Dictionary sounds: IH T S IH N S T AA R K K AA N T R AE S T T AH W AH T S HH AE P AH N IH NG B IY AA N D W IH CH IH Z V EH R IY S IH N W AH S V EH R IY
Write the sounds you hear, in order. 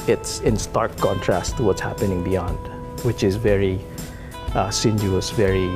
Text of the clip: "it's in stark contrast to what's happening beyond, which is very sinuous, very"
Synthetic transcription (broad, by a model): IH T S IH N S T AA R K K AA N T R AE S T T AH W AH T S HH AE P AH N IH NG B IY AA N D W IH CH IH Z V EH R IY S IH N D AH S V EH R IY